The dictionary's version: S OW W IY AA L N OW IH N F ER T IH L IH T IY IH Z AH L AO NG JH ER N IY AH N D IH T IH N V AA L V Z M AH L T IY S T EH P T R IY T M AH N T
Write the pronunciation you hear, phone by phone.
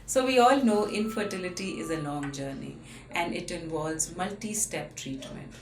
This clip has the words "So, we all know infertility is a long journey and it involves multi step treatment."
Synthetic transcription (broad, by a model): S OW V IY AA L N OW IH N F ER T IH L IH T IY IH Z AH N AO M JH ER N IY AH N D IH T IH N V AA L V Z M AH L T IY S T EH P T R IY T M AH N T